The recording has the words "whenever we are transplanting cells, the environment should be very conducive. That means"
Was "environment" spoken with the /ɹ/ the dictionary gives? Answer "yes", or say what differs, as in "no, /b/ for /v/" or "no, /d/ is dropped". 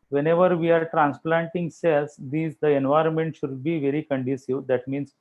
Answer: yes